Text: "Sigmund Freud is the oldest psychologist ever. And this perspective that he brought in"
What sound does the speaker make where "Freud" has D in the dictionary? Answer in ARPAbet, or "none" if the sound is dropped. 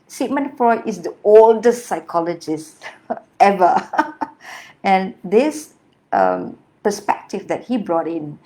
none